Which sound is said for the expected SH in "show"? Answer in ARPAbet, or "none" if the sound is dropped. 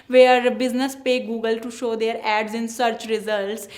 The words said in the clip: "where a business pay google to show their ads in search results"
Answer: SH